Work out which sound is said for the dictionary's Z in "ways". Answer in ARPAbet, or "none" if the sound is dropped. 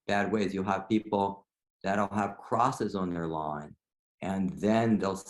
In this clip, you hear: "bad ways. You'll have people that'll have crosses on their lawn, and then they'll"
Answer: Z